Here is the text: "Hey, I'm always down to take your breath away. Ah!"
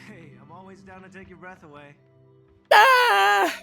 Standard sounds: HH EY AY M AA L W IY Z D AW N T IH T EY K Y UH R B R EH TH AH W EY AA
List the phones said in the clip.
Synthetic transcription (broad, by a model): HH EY AY M AA L W IY Z D AW N T IH T EY K Y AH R B R EH TH AH W EY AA